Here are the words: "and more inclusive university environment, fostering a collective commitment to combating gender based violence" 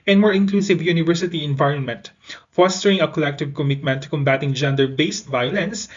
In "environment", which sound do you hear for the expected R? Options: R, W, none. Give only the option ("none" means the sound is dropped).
R